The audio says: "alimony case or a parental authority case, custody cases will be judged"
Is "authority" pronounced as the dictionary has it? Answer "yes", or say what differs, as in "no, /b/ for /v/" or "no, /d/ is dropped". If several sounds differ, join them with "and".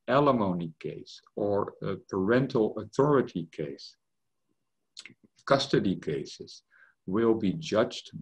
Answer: yes